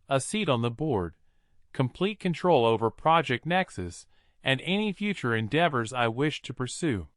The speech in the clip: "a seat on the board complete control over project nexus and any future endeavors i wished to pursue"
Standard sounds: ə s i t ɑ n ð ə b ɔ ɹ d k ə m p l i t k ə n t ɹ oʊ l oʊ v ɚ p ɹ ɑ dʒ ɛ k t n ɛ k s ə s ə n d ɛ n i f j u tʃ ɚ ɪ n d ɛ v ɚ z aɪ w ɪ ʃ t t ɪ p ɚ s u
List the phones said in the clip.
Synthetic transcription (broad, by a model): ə s i t n ð ə b ɔ ɹ d k ə m p l i t k ə n t ɹ oʊ l oʊ v ɚ p ɹ ɑ dʒ ɛ k t n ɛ k s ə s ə n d ɛ n i f j u tʃ ɚ ɪ n d ɛ v ɚ z aɪ w ɪ ʃ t t ɪ p ɚ s u